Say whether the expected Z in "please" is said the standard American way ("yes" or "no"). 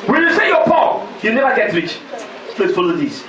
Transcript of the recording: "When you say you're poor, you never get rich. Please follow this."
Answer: no